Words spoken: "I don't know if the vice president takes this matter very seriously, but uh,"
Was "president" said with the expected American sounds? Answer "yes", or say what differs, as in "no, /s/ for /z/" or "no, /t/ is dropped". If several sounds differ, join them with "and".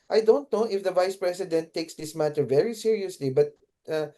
no, /s/ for /z/